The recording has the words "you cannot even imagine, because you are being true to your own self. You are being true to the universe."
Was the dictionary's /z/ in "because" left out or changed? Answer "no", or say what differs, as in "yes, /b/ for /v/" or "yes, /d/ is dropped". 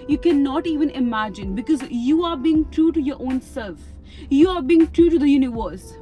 no